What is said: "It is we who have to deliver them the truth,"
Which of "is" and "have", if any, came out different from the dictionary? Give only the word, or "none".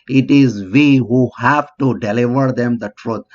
none